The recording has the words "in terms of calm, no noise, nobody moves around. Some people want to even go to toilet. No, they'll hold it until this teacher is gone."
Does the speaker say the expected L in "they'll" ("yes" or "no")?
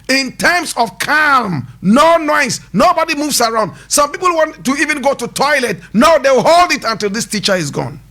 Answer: no